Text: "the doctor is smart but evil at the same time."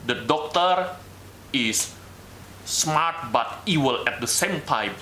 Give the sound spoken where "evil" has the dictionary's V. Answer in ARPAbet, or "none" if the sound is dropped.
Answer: W